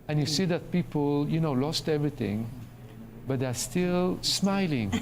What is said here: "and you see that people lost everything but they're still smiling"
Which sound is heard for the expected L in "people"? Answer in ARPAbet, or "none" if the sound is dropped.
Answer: N